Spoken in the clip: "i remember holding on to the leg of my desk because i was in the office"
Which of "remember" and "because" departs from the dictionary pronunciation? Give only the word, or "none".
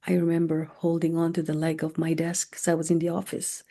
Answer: because